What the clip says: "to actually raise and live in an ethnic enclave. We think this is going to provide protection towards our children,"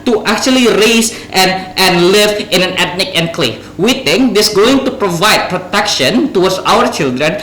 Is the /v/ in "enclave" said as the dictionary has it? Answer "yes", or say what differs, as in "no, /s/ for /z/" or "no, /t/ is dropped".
no, /f/ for /v/